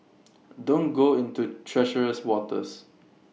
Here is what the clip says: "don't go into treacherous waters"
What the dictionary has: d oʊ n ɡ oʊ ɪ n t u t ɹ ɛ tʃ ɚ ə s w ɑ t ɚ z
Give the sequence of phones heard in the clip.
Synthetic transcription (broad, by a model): d oʊ n ɡ oʊ ɪ n t u t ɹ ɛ ʃ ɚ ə s w ɑ t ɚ s